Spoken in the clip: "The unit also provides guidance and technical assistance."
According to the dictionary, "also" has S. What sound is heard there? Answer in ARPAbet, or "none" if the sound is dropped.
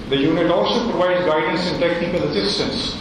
S